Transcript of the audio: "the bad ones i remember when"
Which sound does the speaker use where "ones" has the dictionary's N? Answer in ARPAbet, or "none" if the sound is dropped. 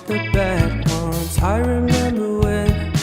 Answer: none